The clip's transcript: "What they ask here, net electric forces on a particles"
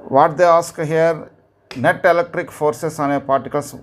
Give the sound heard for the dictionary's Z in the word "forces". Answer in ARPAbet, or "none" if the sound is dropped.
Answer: S